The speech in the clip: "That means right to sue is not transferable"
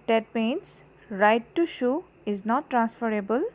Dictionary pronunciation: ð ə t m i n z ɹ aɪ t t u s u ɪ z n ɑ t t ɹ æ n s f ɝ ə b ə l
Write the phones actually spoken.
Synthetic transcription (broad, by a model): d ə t m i n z ɹ aɪ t t u ʃ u ɪ z n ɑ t t ɹ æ n s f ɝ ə b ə l